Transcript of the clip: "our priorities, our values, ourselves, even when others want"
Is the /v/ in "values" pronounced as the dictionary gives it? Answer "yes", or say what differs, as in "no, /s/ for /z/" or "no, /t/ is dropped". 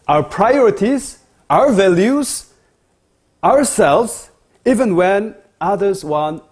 yes